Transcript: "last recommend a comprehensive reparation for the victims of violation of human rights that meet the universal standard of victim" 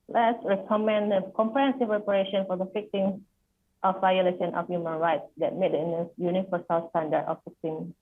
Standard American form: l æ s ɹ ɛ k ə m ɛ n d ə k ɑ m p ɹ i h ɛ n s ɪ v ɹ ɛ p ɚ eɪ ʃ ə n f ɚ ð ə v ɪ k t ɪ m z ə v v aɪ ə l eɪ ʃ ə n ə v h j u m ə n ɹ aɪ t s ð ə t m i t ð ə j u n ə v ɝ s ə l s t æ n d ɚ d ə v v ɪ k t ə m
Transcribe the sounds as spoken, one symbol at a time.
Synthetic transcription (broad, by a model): l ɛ s ɹ ɛ k ə m ɛ n d ə k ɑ m p ɹ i h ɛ n s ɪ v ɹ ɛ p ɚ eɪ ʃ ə n f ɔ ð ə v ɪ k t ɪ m s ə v v aɪ ə l eɪ ʃ ə n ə f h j u m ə n ɹ aɪ t s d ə t m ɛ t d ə j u n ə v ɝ s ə l s t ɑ n d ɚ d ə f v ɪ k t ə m